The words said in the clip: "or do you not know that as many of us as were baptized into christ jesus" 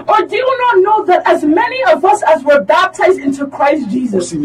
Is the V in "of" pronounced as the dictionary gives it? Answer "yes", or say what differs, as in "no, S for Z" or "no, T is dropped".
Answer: yes